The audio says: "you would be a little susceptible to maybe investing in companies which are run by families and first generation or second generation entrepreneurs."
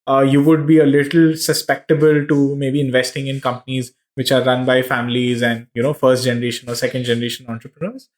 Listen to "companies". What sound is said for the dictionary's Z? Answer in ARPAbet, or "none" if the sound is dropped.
Z